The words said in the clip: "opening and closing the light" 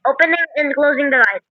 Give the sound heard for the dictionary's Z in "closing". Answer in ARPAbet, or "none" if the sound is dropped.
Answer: Z